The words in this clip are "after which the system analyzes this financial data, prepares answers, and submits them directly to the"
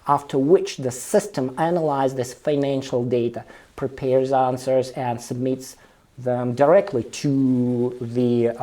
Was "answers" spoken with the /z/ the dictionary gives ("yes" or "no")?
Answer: yes